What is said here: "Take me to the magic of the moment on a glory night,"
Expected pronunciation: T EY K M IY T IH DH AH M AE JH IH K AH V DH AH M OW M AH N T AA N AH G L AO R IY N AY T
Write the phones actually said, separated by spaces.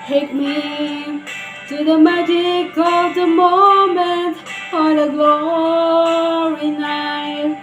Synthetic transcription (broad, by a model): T EY K M IY T IH DH AH M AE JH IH K AH V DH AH M OW M AH N T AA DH AH G L AO R IY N AY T